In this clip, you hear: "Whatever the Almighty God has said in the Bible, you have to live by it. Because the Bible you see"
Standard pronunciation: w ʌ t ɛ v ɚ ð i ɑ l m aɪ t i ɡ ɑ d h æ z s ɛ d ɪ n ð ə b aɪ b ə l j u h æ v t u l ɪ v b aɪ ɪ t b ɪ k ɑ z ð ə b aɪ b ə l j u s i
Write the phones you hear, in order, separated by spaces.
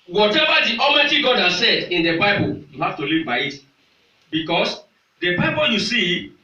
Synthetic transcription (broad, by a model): w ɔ t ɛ v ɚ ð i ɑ m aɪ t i ɡ ɑ d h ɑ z s ɛ d ɪ n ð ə b aɪ b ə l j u h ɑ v t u l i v b aɪ ɪ t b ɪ k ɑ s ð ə b aɪ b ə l j u s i